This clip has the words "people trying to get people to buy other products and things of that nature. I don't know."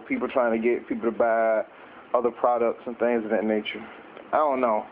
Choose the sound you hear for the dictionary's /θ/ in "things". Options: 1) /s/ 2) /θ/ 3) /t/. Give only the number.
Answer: 2